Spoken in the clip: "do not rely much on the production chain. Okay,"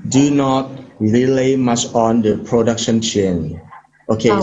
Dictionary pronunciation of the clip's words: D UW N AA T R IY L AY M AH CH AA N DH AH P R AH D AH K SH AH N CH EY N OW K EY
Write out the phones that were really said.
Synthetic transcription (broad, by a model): D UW N AA T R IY L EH M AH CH AA N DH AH P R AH D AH K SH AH N CH EY N OW K EY